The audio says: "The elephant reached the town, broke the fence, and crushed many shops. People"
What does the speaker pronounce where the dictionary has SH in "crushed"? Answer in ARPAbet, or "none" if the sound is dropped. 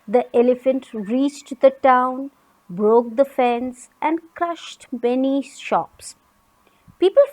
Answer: SH